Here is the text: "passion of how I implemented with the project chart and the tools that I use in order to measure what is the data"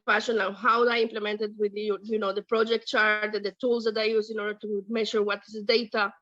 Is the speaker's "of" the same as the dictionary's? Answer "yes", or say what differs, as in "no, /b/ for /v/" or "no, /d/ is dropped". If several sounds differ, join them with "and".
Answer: no, /w/ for /v/